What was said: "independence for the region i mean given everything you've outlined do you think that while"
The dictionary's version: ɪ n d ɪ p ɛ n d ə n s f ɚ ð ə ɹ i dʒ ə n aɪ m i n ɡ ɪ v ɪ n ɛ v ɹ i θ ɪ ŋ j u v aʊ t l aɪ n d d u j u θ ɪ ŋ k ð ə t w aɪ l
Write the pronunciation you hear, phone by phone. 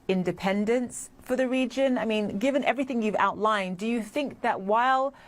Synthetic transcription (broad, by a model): ɪ n d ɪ p ɛ n d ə n s f ɚ ð ə ɹ i dʒ ə n aɪ m i n ɡ ɪ v ɪ n ɛ v ɹ i θ ɪ ŋ j u v aʊ t l aɪ n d d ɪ j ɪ θ ɪ ŋ k ð ə t w aɪ l